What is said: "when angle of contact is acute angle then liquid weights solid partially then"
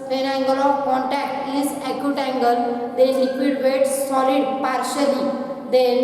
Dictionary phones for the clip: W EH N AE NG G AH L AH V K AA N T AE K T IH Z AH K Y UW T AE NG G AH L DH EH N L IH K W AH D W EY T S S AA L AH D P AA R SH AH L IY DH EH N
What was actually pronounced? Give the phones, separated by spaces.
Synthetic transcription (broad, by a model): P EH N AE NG G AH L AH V K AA N T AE K T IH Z AH K Y UW T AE NG G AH L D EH L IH K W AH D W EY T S S AA L AH D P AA R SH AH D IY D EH